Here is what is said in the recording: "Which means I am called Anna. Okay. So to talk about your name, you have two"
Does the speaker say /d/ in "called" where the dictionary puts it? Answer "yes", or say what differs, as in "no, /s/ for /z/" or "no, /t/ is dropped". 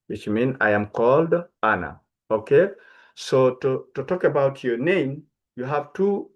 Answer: yes